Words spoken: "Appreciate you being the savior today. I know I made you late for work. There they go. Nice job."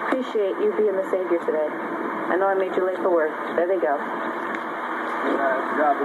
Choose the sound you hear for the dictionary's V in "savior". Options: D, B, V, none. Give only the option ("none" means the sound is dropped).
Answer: V